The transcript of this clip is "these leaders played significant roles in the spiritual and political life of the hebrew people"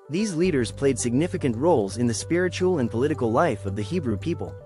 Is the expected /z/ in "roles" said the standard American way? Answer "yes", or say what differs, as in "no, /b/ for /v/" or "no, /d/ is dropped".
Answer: yes